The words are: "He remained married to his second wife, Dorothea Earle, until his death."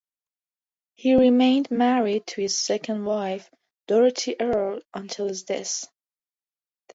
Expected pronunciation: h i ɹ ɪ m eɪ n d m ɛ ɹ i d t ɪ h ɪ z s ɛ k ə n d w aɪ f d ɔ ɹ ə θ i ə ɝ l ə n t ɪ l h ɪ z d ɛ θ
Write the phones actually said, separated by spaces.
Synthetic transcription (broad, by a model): h i ɹ ɪ m eɪ n d m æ ɹ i d t ɪ h ɪ z s ɛ k ə n d w aɪ f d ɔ ɹ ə t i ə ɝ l ə n t ɪ l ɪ z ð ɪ s